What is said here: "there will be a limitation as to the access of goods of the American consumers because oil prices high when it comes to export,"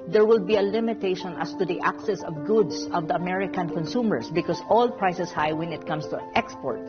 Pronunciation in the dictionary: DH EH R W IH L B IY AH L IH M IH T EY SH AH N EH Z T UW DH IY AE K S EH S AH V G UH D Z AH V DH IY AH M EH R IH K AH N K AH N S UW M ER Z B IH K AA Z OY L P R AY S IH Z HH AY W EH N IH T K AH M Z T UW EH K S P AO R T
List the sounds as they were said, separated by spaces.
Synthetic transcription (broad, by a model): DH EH R W IH L B IY AH L IH M IH T EY SH AH N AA S T UW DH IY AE K S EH S AH V G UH D S AH V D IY AH M EH R IH K AH N K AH N S UW M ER S B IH K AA S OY L P R AY S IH S HH AY W EH N IH T K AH M S T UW EH K S P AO R T